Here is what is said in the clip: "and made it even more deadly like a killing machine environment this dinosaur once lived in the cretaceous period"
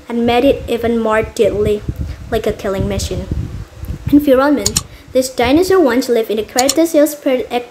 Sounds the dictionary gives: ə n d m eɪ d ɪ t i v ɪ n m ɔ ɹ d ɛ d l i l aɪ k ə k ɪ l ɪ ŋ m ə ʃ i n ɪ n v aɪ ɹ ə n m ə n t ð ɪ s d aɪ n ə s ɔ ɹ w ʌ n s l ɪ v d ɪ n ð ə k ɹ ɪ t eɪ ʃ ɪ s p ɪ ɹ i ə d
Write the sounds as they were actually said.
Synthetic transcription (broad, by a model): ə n m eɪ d ɪ t i v ɪ n m ɔ ɹ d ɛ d l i l aɪ k ə k ɪ l ɪ ŋ m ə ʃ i n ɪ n f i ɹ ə l m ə n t ð ɪ s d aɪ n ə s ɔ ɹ w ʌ n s l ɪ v ɪ n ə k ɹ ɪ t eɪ s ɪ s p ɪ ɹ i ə